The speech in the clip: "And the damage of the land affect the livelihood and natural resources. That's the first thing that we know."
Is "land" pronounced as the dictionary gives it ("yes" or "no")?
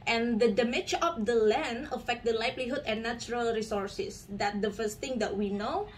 no